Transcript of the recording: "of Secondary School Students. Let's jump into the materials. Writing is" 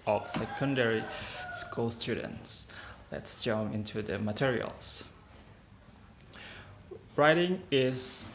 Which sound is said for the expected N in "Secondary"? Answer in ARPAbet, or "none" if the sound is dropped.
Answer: N